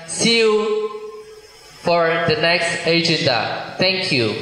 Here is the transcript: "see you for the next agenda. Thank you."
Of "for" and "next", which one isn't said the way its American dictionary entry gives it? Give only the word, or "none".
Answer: none